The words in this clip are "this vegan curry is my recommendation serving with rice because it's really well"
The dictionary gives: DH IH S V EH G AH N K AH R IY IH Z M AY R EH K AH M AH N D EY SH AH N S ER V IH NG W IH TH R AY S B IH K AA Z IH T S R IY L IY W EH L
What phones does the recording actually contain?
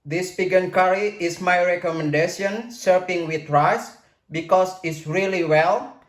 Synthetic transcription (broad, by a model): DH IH S P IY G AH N K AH R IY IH S M AY R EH K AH M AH N D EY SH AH N S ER P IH NG W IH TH R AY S B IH K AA S IH T S R IY L IY W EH L